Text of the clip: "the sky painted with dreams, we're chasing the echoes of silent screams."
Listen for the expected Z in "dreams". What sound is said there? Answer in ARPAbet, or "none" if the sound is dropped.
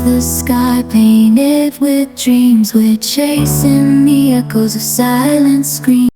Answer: Z